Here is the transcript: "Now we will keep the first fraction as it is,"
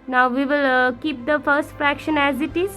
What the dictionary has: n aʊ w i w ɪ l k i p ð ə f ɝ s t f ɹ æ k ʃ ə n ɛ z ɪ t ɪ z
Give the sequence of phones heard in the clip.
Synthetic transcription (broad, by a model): n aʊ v i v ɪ l k i p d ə f ɝ s t f ɹ æ k ʃ ə n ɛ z ɪ t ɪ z